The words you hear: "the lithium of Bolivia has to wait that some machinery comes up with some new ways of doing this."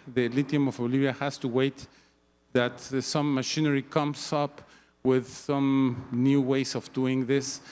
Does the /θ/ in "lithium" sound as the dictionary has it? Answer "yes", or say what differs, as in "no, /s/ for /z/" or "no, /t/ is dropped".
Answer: no, /t/ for /θ/